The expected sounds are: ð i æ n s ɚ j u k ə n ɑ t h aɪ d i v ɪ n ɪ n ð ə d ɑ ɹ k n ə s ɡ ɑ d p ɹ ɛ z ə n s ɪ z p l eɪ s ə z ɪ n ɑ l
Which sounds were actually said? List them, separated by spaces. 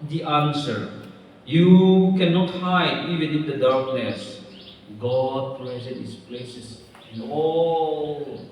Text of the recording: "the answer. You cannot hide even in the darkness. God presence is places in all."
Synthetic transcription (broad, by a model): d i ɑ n s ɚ j u k ə n ɑ t h aɪ d i v ɪ n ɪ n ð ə d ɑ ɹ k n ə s ɡ ɑ d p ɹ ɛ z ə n ɪ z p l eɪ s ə s ɪ n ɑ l